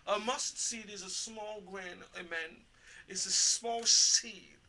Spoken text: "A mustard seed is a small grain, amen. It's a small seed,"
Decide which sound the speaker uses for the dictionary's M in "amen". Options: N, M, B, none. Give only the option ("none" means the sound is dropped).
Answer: M